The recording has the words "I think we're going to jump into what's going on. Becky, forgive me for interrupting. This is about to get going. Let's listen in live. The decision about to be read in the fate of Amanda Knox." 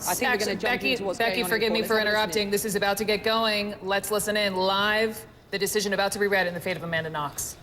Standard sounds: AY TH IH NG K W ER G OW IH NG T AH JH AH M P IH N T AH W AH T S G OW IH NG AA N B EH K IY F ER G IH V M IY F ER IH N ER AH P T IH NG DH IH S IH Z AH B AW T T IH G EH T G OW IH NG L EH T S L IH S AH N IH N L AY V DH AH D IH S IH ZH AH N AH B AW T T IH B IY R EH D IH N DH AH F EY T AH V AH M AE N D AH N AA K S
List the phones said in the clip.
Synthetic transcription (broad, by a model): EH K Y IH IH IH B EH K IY F ER G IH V M IY F ER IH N ER AH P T IH NG DH IH S IH Z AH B AW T T IH G EH T G OW IH NG L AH T S L IH S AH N IH N L AY V DH AH D IH S IH ZH AH N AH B AW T T IH B IY R EH D IH N DH AH F EY T AH V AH M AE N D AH N AA K S